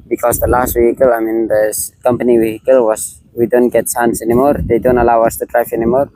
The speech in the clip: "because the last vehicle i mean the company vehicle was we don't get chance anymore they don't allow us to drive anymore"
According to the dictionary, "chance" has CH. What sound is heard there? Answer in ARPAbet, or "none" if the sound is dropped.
S